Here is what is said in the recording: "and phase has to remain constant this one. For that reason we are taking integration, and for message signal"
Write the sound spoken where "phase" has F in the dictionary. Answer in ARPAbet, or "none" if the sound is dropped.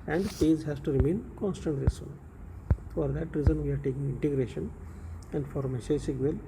P